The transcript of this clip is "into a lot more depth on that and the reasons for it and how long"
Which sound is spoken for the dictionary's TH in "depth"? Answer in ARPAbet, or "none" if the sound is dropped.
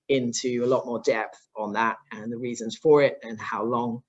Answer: TH